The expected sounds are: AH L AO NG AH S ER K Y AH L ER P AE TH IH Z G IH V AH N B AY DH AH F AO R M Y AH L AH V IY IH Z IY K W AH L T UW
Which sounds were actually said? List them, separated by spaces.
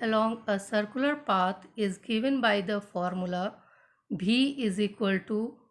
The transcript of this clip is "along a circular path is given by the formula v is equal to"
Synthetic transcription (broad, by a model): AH L AO NG AH S ER K Y AH L ER P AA T IH Z G IH V AH N B AY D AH F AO R M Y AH L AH B IY IH Z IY K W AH L T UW